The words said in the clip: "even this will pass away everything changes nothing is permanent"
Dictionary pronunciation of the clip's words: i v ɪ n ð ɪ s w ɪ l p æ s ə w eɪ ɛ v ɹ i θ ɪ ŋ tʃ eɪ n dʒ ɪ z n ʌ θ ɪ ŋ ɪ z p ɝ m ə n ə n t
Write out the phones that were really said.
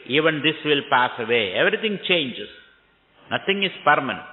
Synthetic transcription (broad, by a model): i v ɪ n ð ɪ s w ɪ l p æ s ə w eɪ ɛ v ɹ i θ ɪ ŋ tʃ eɪ n dʒ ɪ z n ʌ t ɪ ŋ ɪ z p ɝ m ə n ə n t